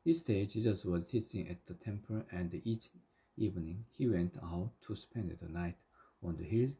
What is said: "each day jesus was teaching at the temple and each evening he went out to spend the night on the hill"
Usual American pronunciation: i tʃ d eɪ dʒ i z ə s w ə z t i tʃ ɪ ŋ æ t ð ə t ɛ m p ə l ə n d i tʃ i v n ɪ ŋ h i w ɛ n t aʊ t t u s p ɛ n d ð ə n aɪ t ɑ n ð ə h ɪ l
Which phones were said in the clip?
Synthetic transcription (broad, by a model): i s d eɪ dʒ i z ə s w ə z s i s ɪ ŋ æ t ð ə t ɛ m p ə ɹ ə n d i tʃ i v n ɪ ŋ h i w ɛ n t aʊ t t u s p ɛ n d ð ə n aɪ t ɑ n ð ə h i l